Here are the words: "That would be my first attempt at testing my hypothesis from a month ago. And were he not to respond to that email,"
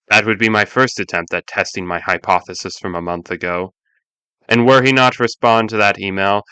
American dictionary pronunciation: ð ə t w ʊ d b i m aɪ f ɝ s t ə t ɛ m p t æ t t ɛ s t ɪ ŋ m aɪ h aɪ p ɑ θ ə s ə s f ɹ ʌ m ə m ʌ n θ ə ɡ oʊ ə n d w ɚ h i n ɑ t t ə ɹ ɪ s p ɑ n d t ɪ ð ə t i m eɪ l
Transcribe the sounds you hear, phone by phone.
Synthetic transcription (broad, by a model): ð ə t w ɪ d b i m aɪ f ɝ s t ə t ɛ m p t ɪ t t ɛ s t ɪ ŋ m aɪ h aɪ p ɑ θ ə s ə s f ɹ ʌ m ə m ʌ n θ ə ɡ oʊ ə n w ɚ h i n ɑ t t ɹ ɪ s p ɑ n t ɪ ð ə t i m eɪ l